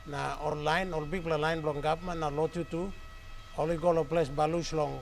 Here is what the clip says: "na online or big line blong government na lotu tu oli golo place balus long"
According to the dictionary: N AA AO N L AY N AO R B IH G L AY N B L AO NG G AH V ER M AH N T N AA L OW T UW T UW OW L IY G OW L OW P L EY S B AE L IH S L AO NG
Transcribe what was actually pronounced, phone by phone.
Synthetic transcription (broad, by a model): N AA AO L AY N AO L B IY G L AY N B L AO NG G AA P M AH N N AA L OW T UW T UW OW L IY G OW L OW P L EY S B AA L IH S L AO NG